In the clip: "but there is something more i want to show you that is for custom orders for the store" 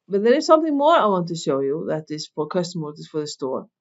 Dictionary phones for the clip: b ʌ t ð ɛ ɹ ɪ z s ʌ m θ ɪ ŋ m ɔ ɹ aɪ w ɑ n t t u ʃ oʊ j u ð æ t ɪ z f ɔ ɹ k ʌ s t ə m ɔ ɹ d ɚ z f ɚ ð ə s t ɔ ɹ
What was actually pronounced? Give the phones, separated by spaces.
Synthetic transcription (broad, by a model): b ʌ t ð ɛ ɹ ɪ z s ʌ m θ ɪ ŋ m ɔ ɹ aɪ w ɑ n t t u ʃ oʊ j u ð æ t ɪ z f ɔ ɹ k ʌ s t ə m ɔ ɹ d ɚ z f ɚ ð ə s t ɔ ɹ